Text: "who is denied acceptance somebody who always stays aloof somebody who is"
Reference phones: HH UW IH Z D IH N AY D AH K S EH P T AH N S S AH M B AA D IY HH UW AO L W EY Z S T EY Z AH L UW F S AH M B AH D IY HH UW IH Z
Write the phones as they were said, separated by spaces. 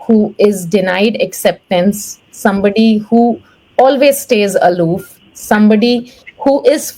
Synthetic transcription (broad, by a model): HH UW IH Z D IH N AY D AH K S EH P T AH N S S AH M B AA D IY HH UW AO L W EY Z S T EY Z AH L UW F S AH M B AH D IY HH UW IH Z